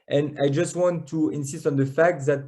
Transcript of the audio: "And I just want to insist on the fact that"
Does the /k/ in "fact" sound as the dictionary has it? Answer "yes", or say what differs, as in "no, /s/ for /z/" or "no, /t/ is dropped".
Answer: yes